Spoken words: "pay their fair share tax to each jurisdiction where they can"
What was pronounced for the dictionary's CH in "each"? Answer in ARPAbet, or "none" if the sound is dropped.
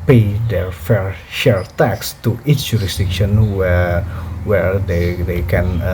S